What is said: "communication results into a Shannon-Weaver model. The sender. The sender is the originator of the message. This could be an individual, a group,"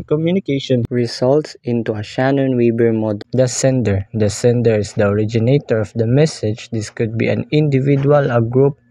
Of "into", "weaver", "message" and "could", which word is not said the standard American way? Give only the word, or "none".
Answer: weaver